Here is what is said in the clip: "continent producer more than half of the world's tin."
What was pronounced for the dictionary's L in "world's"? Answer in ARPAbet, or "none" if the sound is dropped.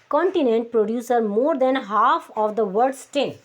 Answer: none